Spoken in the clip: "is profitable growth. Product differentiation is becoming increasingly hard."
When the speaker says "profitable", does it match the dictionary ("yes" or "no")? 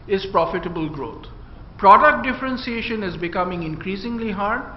yes